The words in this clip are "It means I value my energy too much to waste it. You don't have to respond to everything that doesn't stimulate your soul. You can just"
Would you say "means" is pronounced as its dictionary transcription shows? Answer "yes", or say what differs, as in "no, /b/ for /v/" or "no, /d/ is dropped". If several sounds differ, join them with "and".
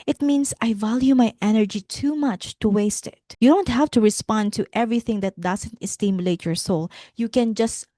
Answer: no, /s/ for /z/